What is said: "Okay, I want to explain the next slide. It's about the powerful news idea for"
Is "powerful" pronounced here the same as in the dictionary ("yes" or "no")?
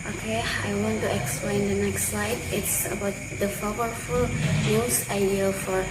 no